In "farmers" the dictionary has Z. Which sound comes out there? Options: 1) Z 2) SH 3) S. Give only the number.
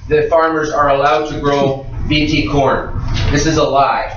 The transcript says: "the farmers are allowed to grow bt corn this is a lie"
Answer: 1